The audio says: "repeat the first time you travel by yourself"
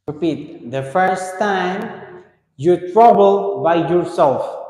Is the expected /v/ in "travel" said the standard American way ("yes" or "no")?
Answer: no